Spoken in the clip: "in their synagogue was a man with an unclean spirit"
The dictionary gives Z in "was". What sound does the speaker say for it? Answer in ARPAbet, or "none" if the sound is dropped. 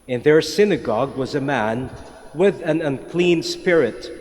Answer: Z